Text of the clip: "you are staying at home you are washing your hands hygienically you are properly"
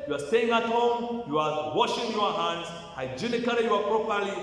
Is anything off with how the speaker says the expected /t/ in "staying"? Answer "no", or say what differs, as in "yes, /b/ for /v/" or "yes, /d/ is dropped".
no